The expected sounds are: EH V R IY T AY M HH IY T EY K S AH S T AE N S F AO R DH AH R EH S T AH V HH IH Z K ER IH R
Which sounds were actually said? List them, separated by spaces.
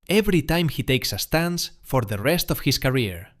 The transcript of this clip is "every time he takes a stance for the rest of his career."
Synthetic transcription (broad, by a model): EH V R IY T AY M HH IY T EY K S AH S T AE N S F AO R DH AH R EH S T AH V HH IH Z K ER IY R